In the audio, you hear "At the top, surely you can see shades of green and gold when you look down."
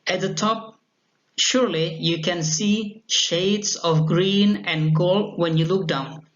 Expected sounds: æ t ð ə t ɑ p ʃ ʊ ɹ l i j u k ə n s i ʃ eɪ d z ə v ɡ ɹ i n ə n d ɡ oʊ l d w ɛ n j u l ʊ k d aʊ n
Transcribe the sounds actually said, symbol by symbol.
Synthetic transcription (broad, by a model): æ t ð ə t ɑ p ʃ ʊ ɹ l i j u k ə n s i ʃ eɪ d s ə v ɡ ɹ i n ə n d ɡ oʊ l d w ɛ n j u l ʊ k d aʊ n